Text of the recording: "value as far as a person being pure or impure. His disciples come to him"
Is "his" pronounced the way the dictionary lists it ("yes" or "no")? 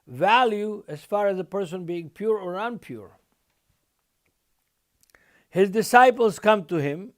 yes